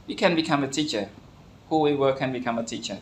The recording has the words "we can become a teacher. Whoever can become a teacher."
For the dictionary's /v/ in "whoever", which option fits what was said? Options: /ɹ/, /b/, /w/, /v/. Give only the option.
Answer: /w/